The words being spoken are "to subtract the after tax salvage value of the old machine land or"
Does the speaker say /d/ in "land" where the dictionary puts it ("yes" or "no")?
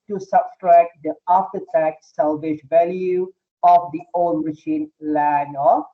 no